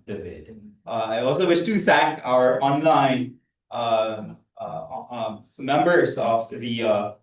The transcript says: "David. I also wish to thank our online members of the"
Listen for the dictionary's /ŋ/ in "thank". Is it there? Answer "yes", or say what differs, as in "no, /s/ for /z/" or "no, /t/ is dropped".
no, /ŋ/ is dropped